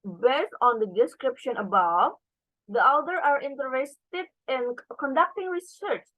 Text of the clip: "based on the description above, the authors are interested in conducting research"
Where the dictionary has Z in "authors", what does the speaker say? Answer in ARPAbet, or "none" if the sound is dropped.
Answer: none